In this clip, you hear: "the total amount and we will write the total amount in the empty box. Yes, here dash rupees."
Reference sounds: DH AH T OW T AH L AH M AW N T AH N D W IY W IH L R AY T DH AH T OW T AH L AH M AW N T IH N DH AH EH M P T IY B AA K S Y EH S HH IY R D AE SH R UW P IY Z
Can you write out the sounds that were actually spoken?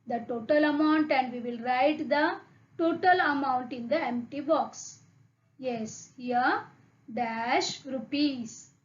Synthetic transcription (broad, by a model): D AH T OW T AH L AH M AW N T AH N D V IY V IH L R AY T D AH T OW T AH L AH M AW N T IH N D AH EH M P T IY B AA K S Y EH S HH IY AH D AE SH R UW P IY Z